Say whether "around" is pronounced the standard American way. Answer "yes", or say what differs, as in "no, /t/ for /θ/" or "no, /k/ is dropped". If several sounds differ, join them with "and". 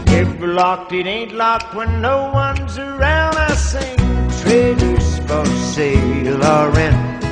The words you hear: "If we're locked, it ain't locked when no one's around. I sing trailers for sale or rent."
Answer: yes